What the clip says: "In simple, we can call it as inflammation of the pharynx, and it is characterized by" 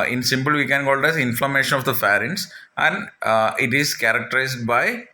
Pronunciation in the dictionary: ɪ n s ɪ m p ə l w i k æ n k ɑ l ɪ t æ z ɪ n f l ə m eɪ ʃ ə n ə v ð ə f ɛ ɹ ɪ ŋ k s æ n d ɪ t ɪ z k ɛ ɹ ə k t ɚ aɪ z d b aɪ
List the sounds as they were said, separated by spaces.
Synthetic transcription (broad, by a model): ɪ n s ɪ m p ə l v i k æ n k ɑ l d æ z ɪ n f l ə m eɪ ʃ ə n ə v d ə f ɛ ɹ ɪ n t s æ n d ɪ t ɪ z k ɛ ɹ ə k t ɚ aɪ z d b aɪ